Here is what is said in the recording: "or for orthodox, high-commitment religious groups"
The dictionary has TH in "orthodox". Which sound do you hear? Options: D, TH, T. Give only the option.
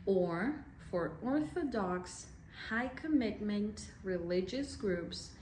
TH